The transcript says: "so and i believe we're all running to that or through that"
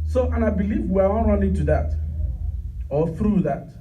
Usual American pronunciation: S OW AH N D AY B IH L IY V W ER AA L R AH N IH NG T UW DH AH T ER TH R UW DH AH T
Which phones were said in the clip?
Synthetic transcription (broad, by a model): S OW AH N AY B IH L IY V W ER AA N R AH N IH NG T UW DH AH T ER TH R UW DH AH T